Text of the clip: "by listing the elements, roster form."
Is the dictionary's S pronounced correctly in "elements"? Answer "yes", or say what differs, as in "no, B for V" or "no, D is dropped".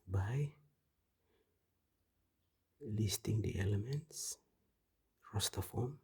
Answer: yes